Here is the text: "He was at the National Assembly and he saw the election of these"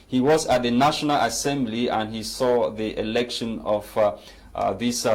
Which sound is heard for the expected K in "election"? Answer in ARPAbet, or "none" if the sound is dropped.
K